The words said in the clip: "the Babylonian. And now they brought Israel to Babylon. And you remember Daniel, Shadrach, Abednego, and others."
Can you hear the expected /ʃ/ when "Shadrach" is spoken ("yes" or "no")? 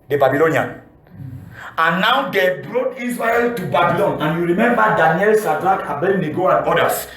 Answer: no